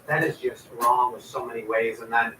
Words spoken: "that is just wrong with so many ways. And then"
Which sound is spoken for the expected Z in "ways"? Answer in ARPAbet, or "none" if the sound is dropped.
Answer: Z